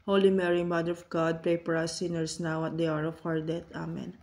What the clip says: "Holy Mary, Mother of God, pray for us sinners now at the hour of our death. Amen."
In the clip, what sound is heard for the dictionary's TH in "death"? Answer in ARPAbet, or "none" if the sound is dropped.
T